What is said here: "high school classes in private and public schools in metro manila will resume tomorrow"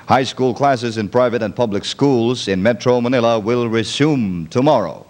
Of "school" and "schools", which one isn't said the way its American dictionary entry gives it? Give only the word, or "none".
none